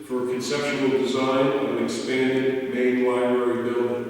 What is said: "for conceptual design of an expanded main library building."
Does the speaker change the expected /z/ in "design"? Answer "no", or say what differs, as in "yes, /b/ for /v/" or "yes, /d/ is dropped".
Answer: no